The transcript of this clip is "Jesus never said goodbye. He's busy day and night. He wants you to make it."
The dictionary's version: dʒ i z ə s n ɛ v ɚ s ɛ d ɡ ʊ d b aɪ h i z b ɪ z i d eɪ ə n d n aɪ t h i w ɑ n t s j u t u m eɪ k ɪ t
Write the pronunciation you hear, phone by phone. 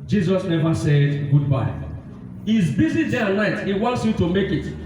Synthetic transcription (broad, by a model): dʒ i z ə s n ɛ v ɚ s ɛ d ɡ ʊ d b aɪ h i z b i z i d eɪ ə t n aɪ t h i w ɑ n t s j u t u m eɪ k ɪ t